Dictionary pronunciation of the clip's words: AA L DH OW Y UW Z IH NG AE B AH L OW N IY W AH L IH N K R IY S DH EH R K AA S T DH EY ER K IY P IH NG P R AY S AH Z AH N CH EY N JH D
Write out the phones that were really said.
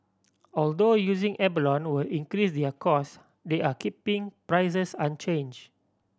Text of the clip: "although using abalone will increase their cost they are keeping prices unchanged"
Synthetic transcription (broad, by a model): AA L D OW Y UW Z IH NG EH B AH L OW N W AH L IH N K R IY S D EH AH K AA S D EY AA K IY P IH NG P R AY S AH S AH N CH EY N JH